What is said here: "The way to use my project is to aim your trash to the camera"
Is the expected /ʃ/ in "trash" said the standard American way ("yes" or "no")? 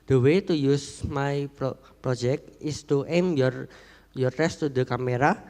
no